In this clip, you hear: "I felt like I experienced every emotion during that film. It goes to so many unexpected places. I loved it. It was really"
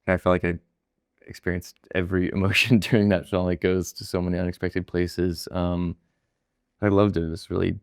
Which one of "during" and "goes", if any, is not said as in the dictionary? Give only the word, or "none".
during